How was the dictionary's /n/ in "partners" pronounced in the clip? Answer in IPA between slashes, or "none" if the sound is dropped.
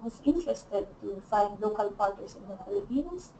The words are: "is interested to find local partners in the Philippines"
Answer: none